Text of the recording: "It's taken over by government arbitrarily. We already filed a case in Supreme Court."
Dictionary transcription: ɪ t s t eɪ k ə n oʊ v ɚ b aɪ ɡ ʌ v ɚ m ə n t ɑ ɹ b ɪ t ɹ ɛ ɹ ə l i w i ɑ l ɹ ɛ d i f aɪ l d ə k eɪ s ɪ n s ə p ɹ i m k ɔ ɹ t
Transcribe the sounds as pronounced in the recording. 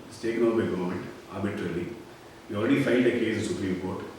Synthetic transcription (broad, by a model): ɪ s t eɪ k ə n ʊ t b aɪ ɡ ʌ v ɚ m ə n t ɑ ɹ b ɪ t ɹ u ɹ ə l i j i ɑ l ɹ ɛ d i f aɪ n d ə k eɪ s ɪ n s ə p ɹ i m k ɔ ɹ t